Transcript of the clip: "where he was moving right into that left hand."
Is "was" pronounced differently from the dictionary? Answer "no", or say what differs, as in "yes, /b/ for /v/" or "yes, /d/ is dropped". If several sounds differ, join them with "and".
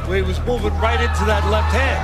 no